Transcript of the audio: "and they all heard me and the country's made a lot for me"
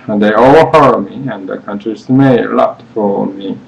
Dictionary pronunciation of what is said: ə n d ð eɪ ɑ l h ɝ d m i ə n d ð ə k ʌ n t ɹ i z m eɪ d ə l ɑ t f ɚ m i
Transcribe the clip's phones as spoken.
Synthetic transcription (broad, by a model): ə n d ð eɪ ɑ l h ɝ m i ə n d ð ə k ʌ n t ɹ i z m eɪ ə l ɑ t f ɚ m i